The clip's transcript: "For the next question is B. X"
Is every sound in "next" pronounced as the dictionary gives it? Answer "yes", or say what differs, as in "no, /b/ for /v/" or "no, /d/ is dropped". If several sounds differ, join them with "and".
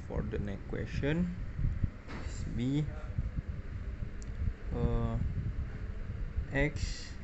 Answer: no, /s/ is dropped